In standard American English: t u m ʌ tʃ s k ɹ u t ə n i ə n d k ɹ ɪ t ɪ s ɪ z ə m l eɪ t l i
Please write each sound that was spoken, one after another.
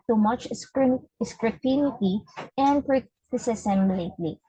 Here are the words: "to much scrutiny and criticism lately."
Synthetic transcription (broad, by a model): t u m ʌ tʃ s k ɹ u t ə n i ə n d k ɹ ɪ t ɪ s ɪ s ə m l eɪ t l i